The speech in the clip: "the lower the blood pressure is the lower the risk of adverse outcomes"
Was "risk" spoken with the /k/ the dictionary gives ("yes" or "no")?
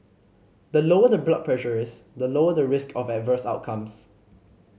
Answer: yes